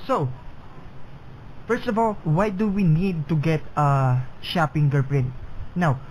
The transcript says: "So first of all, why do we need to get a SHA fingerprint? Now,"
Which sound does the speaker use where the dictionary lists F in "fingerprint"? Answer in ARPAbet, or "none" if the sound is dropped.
P